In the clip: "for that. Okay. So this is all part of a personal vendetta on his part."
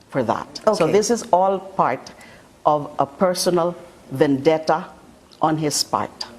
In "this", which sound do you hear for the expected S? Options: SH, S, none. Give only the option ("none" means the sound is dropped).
S